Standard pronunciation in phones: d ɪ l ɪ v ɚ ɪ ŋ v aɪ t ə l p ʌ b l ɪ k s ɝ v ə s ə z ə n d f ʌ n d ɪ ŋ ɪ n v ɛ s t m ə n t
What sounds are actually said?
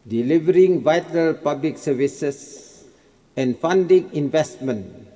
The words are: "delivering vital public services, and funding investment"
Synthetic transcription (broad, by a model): d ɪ l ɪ v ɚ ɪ ŋ v aɪ t ə l p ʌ b l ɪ k s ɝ v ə s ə s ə n f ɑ n d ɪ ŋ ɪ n v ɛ s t m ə n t